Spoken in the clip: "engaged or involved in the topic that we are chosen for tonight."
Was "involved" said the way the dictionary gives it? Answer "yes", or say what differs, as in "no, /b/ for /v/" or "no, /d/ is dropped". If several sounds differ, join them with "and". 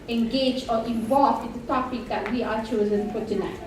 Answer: no, /d/ is dropped